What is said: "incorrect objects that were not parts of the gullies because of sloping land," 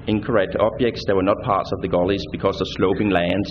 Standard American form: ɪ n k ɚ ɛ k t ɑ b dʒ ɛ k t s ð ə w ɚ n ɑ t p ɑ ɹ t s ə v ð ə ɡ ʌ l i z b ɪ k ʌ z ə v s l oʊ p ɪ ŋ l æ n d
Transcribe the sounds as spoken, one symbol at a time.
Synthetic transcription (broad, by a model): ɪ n k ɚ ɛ k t ɑ b dʒ ɛ k t s ð ə w ɚ n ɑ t p ɑ ɹ t s ə v ð ə ɡ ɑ l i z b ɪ k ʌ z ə s l oʊ p ɪ ŋ l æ n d